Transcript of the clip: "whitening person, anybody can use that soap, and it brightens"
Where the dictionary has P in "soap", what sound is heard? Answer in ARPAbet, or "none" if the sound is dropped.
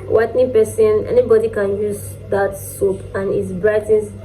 P